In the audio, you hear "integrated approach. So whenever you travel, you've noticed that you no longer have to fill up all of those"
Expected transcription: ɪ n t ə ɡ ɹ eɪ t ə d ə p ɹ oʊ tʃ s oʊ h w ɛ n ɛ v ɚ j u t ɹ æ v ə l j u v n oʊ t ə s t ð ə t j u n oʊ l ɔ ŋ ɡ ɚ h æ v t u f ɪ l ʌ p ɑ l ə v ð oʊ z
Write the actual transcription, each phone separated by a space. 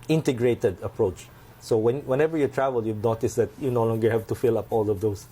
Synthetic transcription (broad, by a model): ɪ n t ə ɡ ɹ eɪ t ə d ə p ɹ oʊ tʃ s oʊ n w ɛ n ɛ v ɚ j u t ɹ æ v ə l j u v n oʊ t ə s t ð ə t j u n oʊ l ɔ ŋ ɡ ɚ h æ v t u f ɪ l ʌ p ɑ l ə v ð oʊ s